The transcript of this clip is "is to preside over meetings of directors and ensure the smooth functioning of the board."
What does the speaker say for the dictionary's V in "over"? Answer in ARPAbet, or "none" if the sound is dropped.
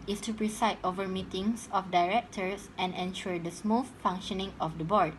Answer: V